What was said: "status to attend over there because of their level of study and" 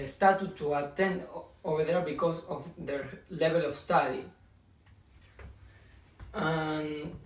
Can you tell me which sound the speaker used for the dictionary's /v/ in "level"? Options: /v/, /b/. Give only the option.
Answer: /b/